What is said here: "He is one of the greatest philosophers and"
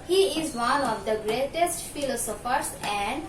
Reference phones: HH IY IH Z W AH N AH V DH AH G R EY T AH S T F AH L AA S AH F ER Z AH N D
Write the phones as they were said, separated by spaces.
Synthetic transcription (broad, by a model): HH IY IH Z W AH N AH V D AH G R EY T AH S T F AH L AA S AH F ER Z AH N D